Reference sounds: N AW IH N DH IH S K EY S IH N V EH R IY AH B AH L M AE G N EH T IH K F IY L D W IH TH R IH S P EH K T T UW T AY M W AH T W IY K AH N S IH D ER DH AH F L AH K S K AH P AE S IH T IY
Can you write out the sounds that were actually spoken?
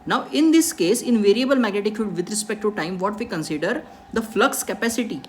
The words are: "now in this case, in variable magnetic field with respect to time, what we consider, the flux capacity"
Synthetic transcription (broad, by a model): N AW IH N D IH S K EY S IH N V EH R IY AH B AH L M AE G N EH T IH K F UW D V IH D R IH S P EH K T T UW T AY M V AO T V IY K AH N S IH D ER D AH F L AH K S K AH P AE S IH T IY